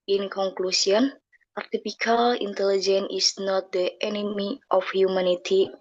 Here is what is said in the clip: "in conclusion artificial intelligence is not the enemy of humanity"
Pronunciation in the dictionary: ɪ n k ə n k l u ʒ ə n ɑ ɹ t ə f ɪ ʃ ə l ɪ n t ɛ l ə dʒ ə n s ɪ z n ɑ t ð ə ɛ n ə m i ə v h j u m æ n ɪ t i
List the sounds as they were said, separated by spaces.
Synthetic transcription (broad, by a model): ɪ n k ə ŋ k l u s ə n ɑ ɹ t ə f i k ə l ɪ n t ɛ l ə dʒ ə n ɪ s n ɑ t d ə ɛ n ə m i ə f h j u m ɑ n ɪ t i